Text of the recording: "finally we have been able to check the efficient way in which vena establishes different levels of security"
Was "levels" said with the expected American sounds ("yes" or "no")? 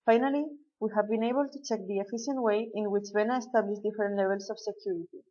no